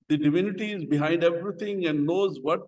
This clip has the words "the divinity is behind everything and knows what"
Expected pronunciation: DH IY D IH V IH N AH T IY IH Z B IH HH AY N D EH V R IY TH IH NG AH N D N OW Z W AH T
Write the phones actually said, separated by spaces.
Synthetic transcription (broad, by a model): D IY D IH V IH N AH T IY IH Z B IH HH AY N D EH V R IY T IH NG AH N D N OW Z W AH T